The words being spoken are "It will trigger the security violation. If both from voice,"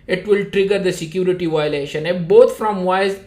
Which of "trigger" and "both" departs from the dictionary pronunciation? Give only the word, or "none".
both